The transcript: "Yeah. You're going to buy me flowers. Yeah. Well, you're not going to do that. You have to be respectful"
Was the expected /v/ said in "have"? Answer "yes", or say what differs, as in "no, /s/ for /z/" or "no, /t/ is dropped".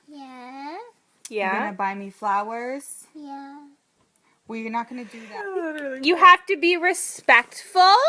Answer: no, /f/ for /v/